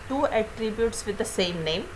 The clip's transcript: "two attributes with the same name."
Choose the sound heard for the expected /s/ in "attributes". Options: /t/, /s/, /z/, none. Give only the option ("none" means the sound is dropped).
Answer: /s/